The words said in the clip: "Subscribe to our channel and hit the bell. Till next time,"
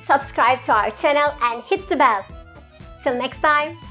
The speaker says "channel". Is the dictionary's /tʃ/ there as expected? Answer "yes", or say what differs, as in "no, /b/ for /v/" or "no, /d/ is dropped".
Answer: yes